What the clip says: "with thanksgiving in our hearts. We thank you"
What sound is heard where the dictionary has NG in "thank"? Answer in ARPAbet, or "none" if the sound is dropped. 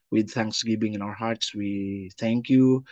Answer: NG